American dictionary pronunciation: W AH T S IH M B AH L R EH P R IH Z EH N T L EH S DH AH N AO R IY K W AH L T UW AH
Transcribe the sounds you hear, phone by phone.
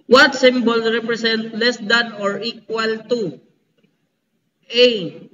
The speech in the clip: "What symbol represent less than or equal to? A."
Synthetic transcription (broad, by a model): W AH T S IH M B AH L R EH P R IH S EH N T L EH S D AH N AO R IY K W AH L T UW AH